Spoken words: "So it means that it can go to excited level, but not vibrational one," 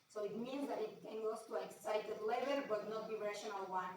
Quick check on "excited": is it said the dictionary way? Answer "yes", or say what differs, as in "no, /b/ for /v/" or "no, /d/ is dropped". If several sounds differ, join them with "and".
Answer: yes